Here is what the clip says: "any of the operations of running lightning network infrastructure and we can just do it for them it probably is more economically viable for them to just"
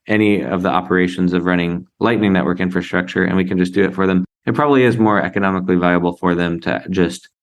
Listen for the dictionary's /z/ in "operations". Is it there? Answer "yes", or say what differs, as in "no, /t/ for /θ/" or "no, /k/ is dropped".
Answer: yes